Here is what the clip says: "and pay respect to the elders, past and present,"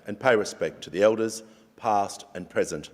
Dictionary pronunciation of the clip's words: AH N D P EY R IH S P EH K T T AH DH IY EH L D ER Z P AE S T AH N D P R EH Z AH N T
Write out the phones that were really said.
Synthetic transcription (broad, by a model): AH N P EY R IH S P EH K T T AH DH IY EH L D ER Z P AE S T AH N P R EH Z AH N T